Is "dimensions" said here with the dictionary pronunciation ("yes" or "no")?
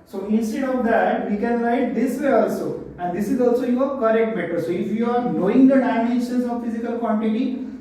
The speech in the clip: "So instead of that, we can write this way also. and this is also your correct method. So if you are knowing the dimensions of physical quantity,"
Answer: no